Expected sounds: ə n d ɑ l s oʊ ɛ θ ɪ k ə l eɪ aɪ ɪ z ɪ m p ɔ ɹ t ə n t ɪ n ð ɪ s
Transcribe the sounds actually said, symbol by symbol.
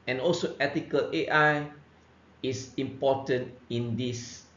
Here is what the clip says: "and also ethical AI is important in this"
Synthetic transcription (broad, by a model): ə n ɑ l s oʊ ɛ t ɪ k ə l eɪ aɪ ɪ s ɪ m p ɔ t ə n t ɪ n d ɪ s